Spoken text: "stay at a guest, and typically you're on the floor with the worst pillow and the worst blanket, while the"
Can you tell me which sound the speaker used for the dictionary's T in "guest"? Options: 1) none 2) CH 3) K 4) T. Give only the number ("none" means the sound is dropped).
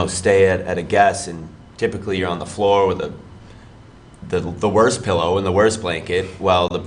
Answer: 1